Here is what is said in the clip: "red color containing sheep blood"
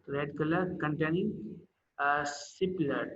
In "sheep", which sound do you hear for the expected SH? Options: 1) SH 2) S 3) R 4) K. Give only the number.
2